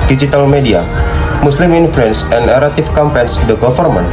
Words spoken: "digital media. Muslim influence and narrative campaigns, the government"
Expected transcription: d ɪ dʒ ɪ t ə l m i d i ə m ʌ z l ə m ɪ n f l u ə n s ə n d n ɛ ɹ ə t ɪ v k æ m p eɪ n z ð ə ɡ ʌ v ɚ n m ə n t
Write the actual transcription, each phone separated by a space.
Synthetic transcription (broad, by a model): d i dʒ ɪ t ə l m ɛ d i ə m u s l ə m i n f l u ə n s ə n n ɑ ɹ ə t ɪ f k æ m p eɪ n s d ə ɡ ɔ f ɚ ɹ m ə n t